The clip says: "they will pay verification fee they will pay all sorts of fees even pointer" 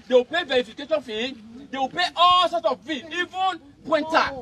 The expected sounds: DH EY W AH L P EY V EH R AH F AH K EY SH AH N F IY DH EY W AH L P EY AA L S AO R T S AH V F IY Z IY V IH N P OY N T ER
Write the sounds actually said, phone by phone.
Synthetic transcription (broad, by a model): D EY W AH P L EY V EH R AH F AH K EY SH AH N F IY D EY W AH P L EY AA L S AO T AH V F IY IY V IH N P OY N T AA